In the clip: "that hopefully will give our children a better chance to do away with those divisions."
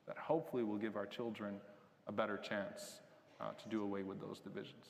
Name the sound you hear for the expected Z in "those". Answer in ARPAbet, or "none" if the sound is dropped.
Z